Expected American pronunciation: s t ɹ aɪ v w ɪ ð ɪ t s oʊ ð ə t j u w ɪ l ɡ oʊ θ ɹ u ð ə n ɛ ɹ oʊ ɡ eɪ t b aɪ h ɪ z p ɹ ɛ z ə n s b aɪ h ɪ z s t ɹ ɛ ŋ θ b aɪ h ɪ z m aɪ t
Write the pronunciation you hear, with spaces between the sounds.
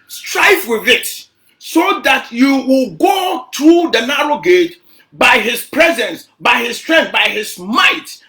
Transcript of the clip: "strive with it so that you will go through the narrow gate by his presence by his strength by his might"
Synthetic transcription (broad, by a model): s t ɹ aɪ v w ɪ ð ɪ t s oʊ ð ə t j u w ɪ l ɡ oʊ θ ɹ u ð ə n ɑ ɹ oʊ ɡ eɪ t b aɪ h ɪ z p ɹ ɛ z ə n s b aɪ h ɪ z s t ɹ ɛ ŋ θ b aɪ h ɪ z m aɪ t